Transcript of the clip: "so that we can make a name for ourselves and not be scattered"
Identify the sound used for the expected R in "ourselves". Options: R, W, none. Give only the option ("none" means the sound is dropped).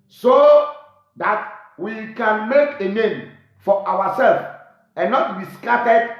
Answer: W